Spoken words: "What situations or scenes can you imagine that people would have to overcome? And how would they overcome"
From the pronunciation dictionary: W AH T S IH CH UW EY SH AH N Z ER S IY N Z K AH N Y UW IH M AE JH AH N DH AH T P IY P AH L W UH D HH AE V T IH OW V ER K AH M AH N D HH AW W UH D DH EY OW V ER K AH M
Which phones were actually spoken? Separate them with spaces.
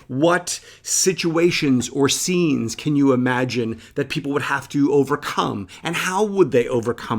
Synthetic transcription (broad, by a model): W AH T S IH CH UW EY SH AH N Z ER S IY N Z K AH N Y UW IH M AE JH AH N DH AH T P IY P L W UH D HH AE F T IH OW V ER K AH M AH N HH AW W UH D DH EY OW V ER K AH